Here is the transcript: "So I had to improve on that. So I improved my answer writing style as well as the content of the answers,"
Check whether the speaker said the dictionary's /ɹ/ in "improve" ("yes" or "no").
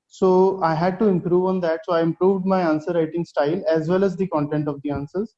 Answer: yes